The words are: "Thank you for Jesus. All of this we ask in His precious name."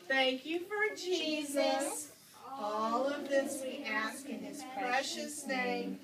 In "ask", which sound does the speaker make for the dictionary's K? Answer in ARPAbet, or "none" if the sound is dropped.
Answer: K